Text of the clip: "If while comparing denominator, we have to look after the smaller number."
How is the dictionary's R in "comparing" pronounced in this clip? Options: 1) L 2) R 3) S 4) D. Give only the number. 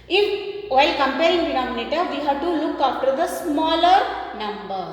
1